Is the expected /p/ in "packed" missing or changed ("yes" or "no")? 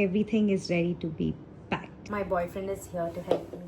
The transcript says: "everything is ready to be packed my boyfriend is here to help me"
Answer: yes